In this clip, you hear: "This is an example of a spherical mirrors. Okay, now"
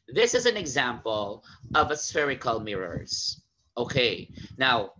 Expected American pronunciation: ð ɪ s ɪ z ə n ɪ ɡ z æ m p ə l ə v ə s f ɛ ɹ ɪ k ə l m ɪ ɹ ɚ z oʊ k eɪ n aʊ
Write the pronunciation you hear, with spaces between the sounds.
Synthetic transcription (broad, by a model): ð ɪ s ɪ z ə n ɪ ɡ z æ m p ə l ə v ə s f ɛ ɹ ɪ k ə l m ɪ ɹ ɚ z oʊ k eɪ n aʊ